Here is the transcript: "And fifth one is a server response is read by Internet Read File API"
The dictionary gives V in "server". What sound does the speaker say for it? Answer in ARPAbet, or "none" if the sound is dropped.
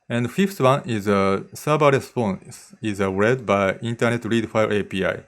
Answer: B